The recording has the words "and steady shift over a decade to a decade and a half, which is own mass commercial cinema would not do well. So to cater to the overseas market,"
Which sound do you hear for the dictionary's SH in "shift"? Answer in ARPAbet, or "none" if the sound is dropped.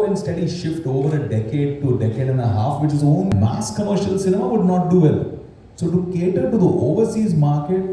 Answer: SH